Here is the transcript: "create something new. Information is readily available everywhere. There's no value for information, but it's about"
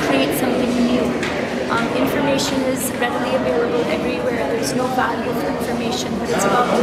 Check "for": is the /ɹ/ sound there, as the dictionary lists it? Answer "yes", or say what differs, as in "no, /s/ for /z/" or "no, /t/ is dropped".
no, /l/ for /ɹ/